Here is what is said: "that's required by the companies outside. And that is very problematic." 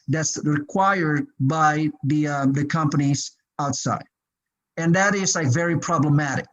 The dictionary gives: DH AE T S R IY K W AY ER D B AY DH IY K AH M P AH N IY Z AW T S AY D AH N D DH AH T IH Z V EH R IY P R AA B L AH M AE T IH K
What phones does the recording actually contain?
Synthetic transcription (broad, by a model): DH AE T S R IY K W AY ER D B AY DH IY K AH M P AH N IY Z AW T S AY D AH N DH AH T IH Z V EH R IY P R AA B L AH M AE T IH K